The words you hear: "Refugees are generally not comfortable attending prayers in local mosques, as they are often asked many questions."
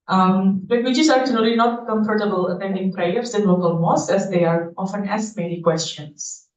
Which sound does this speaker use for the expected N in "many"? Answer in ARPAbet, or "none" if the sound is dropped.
L